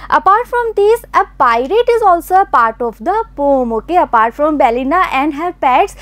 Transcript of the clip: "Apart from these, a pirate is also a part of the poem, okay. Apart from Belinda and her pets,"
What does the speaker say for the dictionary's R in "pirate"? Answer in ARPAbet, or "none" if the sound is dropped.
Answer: R